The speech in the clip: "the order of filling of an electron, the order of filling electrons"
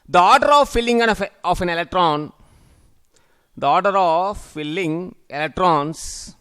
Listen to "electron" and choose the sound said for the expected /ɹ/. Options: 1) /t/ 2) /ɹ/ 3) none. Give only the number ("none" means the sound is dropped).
2